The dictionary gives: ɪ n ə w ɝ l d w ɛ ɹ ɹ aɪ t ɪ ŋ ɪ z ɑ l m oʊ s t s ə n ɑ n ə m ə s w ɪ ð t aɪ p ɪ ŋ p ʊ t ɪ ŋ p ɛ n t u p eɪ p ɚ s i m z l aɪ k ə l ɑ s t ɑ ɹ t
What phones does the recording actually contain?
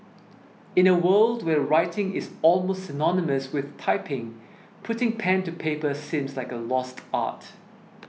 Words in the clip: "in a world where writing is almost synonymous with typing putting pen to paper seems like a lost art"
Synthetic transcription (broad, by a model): ɪ n ə w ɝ l d w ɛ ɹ ɹ aɪ t ɪ ŋ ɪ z ɑ l m oʊ s t s ə n ɑ n ə m ə s w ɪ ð t aɪ p ɪ ŋ p ʊ t ɪ ŋ p ɛ n t u p eɪ p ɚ s i m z l aɪ k ə l ɑ s t ɑ t